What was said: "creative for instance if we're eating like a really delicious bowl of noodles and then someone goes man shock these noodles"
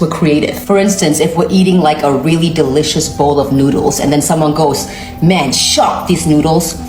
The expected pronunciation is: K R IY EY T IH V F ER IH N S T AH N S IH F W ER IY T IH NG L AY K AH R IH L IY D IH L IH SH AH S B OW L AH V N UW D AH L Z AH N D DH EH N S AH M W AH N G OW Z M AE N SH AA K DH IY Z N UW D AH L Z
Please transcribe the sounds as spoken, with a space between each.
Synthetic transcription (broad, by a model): K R IY EY T IH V F ER IH N S T AH N S IH F W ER IY T IH NG L AY K AH R IH L IY D IH L IH SH AH S B OW L AH V N UW D L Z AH N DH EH N S AH M W AH N G OW Z M AE N SH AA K DH IY Z N UW D L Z